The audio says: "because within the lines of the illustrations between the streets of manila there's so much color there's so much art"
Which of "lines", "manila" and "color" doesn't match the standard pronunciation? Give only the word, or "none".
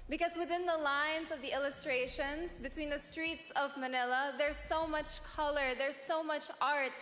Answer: none